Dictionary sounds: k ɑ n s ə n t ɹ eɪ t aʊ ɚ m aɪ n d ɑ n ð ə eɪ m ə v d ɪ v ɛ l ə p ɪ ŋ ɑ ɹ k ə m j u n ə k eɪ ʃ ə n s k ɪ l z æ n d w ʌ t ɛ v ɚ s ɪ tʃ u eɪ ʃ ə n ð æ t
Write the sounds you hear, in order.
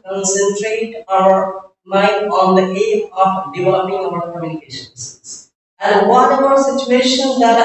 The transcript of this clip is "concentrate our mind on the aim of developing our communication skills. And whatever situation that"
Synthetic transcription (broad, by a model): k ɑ n s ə n t ɹ eɪ t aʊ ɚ m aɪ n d ɑ n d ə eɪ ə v d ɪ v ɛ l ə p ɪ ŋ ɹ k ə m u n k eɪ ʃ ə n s ɪ z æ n d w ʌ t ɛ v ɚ s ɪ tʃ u eɪ ʃ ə n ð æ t